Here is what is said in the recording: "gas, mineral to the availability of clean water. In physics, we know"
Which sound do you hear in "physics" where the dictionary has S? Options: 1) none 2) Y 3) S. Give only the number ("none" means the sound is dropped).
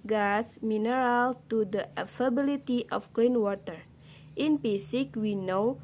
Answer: 1